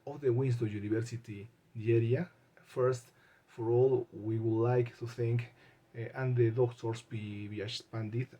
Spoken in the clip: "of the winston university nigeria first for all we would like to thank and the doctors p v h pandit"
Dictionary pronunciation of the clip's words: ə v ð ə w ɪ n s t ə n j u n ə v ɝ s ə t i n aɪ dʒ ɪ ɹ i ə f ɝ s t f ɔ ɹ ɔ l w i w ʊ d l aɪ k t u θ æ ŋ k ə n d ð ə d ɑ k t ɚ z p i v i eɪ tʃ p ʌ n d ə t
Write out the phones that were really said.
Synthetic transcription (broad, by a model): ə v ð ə w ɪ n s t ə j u n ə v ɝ s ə t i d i ɛ ɹ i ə f ɝ s t f ɔ ɹ ɔ l w i w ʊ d l aɪ k t u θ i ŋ k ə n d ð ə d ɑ k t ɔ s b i b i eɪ s p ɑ n d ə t